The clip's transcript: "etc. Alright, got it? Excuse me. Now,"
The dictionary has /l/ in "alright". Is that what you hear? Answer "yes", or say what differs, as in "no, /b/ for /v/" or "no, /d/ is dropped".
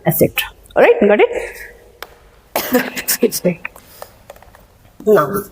no, /l/ is dropped